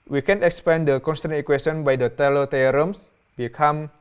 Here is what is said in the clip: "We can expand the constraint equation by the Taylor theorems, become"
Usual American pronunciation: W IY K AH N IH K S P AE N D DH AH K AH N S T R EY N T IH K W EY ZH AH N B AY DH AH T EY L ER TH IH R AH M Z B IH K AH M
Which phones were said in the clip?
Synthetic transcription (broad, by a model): W IY K AH N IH K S P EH N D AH K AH N S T EY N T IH K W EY S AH N B AY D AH T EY L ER T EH R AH M S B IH K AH M